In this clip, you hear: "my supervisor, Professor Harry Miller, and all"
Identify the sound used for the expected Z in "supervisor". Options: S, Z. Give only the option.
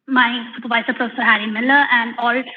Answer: S